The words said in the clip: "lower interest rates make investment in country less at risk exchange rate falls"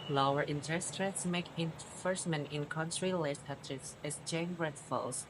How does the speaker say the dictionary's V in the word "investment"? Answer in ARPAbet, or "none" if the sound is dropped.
F